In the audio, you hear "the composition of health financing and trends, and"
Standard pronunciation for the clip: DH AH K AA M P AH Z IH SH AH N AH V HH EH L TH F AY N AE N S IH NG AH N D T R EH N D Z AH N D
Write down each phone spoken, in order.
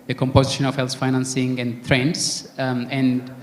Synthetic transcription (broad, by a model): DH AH K AA M P AH Z IH SH AH N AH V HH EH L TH F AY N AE N S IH NG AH N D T R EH N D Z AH N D